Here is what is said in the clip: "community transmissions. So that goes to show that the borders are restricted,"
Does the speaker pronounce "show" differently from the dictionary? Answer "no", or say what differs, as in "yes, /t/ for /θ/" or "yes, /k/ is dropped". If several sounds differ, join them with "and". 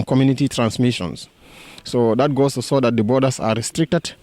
yes, /s/ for /ʃ/